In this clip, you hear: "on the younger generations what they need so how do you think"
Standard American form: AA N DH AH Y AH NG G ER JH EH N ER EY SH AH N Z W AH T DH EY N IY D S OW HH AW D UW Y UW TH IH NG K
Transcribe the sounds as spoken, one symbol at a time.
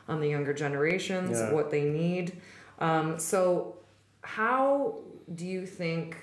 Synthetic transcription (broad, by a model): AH N DH AH Y AH NG G ER JH EH N ER EY SH AH N Z W AH T DH EY N IY D S OW HH AW D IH Y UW TH IH NG K